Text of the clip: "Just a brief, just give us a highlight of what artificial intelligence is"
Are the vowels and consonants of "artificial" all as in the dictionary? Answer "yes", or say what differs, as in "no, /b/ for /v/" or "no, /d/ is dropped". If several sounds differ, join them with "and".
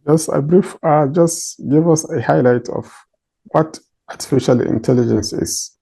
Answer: yes